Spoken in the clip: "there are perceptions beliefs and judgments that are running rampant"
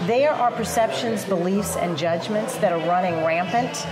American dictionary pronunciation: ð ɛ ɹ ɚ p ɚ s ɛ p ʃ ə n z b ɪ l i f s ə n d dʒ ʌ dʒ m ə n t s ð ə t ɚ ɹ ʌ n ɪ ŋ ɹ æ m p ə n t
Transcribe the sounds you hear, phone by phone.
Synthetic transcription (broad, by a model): ð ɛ ɹ ɚ p ɚ s ɛ p ʃ ə n z b ɪ l i f s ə n dʒ ʌ dʒ m ə n t s ð ə t ɚ ɹ ʌ n ɪ ŋ ɹ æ m p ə n t